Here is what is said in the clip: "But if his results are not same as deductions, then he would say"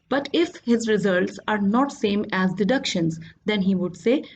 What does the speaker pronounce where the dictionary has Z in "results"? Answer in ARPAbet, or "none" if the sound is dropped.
Z